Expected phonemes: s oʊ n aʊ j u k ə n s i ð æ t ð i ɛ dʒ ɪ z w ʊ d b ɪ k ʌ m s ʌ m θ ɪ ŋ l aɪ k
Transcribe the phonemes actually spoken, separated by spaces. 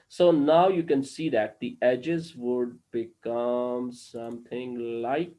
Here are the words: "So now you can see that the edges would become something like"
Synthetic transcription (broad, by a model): s oʊ n aʊ j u k ə n s i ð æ t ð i ɛ dʒ ɪ z w ʊ d b ɪ k ʌ m s ʌ m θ ɪ ŋ l aɪ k